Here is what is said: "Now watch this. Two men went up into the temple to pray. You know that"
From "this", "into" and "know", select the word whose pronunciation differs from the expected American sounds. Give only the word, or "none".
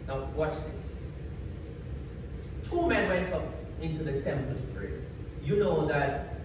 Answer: this